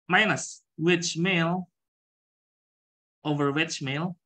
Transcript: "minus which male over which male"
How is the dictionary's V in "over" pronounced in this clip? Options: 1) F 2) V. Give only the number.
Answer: 2